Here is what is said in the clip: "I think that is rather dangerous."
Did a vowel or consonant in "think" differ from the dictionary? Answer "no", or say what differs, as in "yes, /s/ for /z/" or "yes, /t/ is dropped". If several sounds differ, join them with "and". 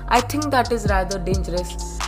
yes, /t/ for /θ/